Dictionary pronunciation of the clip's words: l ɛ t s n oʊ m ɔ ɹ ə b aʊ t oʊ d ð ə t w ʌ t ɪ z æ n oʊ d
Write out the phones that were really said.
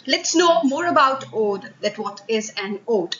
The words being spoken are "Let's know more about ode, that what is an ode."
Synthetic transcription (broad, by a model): l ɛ t s n oʊ m ɔ ɹ ə b aʊ t oʊ d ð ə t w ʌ t ɪ z æ n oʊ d